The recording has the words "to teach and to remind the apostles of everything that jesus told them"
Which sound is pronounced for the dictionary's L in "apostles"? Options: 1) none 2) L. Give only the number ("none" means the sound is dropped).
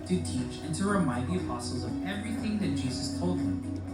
1